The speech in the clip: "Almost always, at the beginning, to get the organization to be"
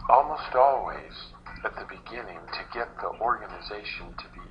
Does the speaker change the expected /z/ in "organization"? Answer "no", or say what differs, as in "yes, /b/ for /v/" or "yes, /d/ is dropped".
no